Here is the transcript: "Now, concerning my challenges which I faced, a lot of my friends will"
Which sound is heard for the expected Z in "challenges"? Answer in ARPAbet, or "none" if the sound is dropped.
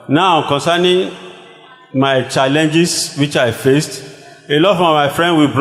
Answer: S